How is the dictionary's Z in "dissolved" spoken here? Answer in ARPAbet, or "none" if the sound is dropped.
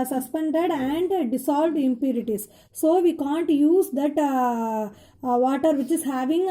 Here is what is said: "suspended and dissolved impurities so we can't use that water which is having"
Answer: S